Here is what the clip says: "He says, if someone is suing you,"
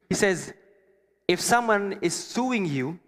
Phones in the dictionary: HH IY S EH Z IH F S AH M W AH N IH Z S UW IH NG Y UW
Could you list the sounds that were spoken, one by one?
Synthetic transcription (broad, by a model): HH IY S EH Z IH F S AH M W AH N IH Z S UW IH NG Y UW